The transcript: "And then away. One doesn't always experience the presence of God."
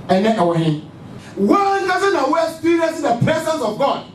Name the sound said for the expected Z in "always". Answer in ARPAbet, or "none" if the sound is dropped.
none